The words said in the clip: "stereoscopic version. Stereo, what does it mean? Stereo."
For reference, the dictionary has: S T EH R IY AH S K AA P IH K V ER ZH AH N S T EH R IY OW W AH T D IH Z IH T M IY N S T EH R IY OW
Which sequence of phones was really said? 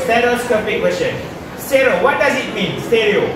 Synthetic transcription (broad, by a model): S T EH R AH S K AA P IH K W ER SH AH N S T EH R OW W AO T D IH Z IH T M IY N S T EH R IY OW